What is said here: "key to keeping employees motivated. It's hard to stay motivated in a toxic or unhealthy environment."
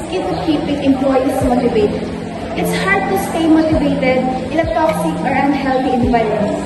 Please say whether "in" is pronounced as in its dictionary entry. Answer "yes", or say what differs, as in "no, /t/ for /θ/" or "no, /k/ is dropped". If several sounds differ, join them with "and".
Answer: no, /l/ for /n/